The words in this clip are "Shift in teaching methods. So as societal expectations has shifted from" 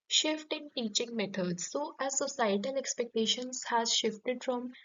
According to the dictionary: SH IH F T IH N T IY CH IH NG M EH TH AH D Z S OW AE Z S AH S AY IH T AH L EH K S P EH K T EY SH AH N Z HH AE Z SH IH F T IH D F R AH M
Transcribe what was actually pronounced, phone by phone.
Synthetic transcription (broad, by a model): SH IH F T IH N T IY CH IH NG M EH T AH D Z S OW AE Z S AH S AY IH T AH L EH K S P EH K T EY SH AH N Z HH AE Z SH IH F T IH D F R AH M